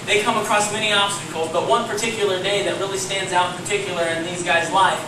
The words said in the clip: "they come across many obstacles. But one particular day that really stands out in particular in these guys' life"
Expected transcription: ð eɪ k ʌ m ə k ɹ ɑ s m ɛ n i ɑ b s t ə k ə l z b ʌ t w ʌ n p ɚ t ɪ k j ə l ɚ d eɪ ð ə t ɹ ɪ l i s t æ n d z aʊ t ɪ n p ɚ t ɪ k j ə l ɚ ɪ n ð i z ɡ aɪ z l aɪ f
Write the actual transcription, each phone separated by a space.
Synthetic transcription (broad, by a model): ð eɪ k ʌ m ə k ɹ ɑ s m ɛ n i ɑ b s t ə k l z b ʌ t w ʌ n p ɚ t ɪ k j l ɚ d eɪ ð ə t ɹ ɪ l i s t æ n d z aʊ t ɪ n p ɚ t ɪ k j l ɚ ɪ n ð i z ɡ aɪ z l aɪ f